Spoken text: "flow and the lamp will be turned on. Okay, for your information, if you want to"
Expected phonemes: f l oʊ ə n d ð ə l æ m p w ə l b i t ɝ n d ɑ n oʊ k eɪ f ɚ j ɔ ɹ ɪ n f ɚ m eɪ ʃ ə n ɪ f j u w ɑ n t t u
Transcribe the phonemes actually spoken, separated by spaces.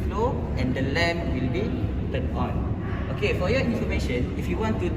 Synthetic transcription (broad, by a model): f l oʊ ə n d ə l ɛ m w ə l b i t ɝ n ɑ n oʊ k eɪ f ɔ j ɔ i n f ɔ m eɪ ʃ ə n ɪ f j u w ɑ n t t u